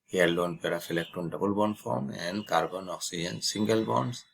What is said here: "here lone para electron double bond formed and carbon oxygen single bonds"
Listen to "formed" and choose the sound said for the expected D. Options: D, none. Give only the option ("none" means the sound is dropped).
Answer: none